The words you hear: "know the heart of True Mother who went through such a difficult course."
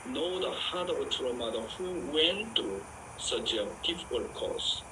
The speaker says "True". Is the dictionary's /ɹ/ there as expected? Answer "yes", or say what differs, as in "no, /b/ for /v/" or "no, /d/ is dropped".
no, /ɹ/ is dropped